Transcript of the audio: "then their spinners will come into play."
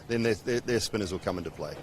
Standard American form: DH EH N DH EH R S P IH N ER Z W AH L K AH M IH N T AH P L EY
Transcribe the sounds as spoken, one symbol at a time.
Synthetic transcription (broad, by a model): DH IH N DH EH R S P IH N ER Z W AH L K AH M IH N T AH P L EY